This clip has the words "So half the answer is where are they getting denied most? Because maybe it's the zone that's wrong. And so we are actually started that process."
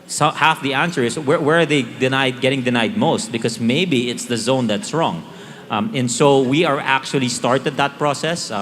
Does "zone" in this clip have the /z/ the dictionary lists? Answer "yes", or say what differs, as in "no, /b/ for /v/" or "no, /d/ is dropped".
yes